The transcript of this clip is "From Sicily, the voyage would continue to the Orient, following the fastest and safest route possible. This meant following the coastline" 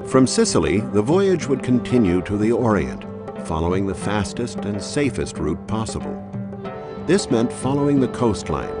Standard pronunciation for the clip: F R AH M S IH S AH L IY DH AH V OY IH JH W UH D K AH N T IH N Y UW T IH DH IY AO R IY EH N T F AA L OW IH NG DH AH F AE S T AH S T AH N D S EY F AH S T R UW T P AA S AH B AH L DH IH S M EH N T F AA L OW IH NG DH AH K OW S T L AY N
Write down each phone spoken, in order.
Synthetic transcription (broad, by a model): F R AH M S IH S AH L IY DH AH V OY IH JH W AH D K AH N T IH N Y UW T IH DH IY AO R IY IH N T F AA L OW IH NG DH AH F AE S T AH S T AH N S EY F AH S T R UW T P AA S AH B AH L DH IH S M EH N T F AA L OW IH NG DH AH K OW S T L AY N